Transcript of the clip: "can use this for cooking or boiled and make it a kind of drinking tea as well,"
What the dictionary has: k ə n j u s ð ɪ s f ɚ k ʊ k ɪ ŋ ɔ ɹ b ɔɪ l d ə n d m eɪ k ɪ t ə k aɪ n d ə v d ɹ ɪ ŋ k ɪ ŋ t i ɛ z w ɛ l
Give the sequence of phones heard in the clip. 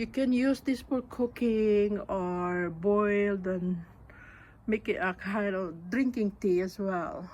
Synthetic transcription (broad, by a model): k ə n j u s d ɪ s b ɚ k ʊ k ɪ ŋ ɔ ɹ b ɔɪ l d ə n m eɪ k ɪ t ə k aɪ n d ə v d ɹ ɪ ŋ k ɪ ŋ t i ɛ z w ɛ l